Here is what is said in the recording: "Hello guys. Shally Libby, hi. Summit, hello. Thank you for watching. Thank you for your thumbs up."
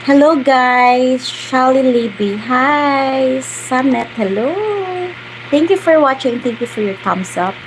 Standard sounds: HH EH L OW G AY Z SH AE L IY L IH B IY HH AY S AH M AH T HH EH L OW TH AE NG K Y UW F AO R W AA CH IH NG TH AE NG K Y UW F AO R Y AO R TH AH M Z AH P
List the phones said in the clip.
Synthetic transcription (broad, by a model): HH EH L OW G AY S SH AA L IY L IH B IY HH AY S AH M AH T HH EH L OW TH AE NG K Y UW F AO R W AA CH IH NG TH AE NG K Y UW F AO R Y AO R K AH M S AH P